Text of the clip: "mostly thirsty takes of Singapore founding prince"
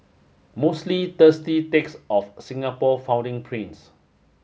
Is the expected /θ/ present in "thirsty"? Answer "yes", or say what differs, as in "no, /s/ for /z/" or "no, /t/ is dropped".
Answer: no, /t/ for /θ/